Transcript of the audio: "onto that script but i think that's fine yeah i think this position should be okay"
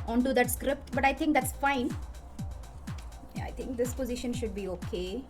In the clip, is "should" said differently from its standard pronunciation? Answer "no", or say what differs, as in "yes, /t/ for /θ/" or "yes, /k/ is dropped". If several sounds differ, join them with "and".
no